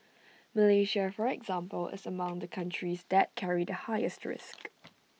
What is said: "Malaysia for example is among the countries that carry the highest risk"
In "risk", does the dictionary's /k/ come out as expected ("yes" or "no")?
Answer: yes